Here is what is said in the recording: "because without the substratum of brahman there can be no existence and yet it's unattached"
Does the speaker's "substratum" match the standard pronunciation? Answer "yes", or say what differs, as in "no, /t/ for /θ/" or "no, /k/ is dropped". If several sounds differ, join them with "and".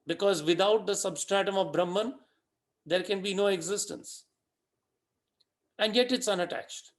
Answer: yes